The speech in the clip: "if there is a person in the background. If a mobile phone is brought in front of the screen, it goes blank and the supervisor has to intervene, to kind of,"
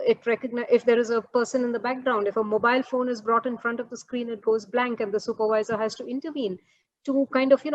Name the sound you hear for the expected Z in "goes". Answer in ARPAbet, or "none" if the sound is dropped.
Z